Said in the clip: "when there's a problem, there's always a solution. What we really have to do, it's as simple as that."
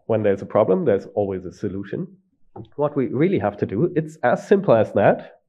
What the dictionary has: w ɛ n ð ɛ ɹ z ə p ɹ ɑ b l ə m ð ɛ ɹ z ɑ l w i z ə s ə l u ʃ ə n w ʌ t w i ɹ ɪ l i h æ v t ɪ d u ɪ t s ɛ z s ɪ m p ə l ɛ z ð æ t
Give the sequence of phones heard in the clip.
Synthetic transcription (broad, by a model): w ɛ n ð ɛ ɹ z ə p ɹ ɑ b l ə m ð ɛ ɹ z ɑ l w i z ə s ə l u ʃ ə n w ʌ t w i ɹ ɪ l i h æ f t ɪ d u ɪ t s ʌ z s ɪ m p l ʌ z ð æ t